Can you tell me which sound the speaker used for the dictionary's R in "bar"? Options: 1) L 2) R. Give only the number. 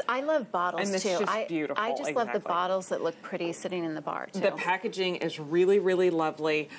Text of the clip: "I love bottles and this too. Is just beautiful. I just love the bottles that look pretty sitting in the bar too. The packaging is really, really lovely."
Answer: 2